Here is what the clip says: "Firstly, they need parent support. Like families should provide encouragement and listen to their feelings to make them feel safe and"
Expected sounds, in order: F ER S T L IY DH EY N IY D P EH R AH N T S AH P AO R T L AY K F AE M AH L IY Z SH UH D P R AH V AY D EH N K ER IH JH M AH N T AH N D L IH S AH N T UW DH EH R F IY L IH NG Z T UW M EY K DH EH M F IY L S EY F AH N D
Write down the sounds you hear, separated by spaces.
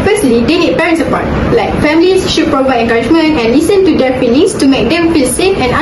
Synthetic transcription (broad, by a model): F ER S T L IY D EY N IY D P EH R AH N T S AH P AO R T L AY K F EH M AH L IY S SH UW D P R AH V AY D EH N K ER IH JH M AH N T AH N L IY S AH N T UW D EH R F IY L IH NG S T UW M EY K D EH M F IY L S EY F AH N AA